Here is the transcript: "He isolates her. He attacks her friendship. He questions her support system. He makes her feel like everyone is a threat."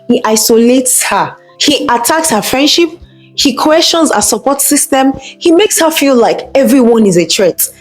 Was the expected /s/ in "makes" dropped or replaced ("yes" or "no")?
no